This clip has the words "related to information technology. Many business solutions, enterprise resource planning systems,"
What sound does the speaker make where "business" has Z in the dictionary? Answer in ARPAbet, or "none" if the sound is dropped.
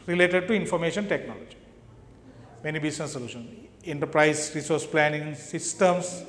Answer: S